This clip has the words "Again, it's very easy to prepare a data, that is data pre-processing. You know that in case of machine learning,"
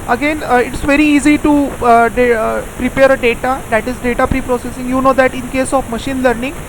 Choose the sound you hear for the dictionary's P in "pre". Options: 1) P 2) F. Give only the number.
1